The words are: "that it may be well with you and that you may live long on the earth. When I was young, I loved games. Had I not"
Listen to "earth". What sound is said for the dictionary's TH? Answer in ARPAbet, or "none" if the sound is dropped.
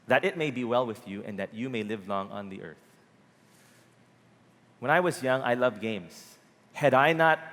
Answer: TH